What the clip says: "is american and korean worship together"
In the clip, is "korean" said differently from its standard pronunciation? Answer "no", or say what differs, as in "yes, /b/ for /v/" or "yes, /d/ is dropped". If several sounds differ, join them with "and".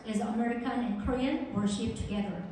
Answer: no